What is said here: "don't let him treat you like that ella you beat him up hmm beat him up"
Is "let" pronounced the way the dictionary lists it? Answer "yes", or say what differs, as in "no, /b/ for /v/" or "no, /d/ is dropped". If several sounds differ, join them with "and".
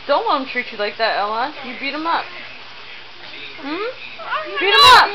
no, /w/ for /l/